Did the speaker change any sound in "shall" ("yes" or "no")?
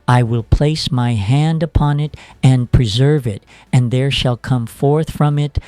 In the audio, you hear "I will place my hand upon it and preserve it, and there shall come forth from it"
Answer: no